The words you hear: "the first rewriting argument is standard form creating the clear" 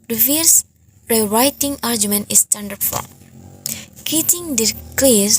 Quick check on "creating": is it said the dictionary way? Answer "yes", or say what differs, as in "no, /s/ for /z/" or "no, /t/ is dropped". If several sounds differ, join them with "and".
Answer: no, /ɹ/ is dropped